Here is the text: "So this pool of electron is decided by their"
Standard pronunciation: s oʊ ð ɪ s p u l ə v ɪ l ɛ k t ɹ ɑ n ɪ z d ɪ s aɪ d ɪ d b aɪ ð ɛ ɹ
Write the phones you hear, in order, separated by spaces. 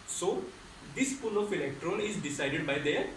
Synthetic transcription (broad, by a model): s oʊ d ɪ s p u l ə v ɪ l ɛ k t ɹ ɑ l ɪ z d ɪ s aɪ d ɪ d b aɪ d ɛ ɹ